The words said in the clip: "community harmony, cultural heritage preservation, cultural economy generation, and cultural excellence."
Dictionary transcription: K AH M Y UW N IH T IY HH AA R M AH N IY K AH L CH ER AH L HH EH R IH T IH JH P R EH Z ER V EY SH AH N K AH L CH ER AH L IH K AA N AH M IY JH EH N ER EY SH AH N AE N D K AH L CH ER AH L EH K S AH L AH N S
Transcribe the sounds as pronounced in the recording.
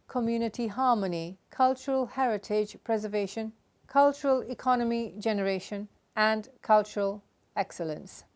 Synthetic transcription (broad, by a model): K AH M Y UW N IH T IY HH AA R M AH N IY K AH L CH ER AH L HH EH R IH T IH JH P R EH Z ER V EY SH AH N K AH L CH ER AH L IH K AA N AH M IY JH EH N ER EY SH AH N AE N D K AH L CH ER AH L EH K S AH L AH N S